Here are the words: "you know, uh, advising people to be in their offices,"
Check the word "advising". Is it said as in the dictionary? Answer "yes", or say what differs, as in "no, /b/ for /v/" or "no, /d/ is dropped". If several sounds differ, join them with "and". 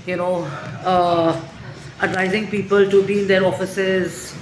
yes